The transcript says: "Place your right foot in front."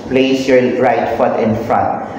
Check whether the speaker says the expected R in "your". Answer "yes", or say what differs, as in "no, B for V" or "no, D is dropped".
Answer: no, L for R